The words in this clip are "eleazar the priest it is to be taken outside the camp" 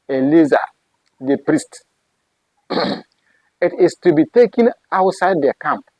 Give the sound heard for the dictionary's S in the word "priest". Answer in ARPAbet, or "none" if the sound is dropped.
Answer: S